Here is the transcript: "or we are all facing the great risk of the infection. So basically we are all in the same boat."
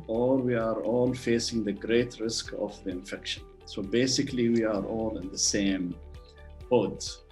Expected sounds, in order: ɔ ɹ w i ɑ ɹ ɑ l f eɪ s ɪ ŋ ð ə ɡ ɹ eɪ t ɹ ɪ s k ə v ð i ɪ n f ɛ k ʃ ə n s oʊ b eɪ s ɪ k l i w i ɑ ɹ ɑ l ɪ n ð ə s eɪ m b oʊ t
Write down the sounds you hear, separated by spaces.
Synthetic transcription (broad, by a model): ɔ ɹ w i ɑ ɹ ɑ l f eɪ s ɪ ŋ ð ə ɡ ɹ eɪ t ɹ ɪ s k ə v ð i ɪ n f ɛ k ʃ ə n s oʊ b eɪ s ɪ k l i w i ɑ ɹ ɑ l ɪ n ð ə s eɪ m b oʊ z